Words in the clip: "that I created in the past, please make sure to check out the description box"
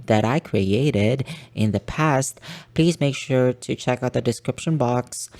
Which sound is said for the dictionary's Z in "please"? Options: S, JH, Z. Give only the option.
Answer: Z